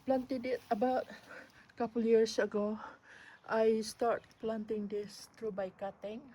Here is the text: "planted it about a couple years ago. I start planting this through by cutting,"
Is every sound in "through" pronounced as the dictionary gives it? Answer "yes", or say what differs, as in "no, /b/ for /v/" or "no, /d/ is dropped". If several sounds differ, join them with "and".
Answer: no, /t/ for /θ/